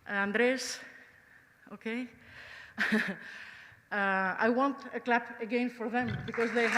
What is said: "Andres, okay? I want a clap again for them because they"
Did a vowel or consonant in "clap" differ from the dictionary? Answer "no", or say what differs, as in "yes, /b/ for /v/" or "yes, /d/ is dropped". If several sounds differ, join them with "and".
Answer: no